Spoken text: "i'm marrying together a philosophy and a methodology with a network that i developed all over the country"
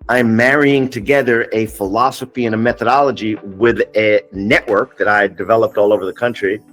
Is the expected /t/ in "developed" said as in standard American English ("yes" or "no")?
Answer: yes